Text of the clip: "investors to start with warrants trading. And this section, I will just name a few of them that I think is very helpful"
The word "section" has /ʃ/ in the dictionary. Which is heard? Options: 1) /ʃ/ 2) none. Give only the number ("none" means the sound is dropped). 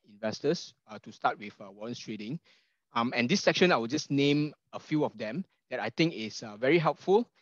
1